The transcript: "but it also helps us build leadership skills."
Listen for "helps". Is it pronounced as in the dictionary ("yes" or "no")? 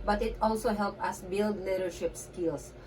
no